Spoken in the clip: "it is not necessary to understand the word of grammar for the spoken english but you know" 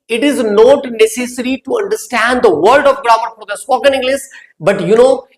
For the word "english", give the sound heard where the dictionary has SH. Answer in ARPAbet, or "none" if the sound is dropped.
S